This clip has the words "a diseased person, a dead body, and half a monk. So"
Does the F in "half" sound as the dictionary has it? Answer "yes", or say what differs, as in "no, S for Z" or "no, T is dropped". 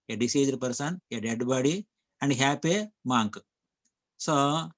no, P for F